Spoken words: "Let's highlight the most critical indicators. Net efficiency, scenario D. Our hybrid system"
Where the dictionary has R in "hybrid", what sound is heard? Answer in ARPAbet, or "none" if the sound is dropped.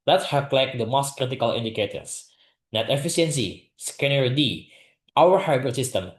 none